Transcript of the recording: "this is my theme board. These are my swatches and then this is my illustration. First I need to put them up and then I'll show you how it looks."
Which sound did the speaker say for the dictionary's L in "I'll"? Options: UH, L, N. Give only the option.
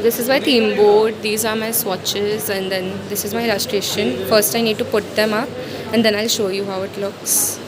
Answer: L